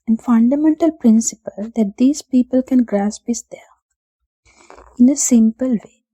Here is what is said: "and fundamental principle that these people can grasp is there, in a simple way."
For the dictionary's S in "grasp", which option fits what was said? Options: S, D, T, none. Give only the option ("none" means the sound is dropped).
S